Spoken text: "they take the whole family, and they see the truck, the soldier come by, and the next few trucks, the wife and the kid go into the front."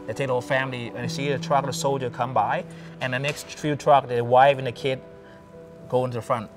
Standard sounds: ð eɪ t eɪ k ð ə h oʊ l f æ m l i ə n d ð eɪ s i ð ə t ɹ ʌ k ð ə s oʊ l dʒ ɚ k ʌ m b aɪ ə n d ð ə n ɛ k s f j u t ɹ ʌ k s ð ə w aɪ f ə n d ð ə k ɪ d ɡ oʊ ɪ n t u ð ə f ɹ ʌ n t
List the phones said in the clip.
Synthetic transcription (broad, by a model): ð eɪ t eɪ k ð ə h oʊ l f æ m l i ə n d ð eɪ s i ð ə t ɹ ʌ k ð ə s oʊ l dʒ ɚ k ʌ m b aɪ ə n ð ə n ɛ k s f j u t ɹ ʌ k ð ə w aɪ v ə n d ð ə k ɪ d ɡ oʊ ɪ n t u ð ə f ɹ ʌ n t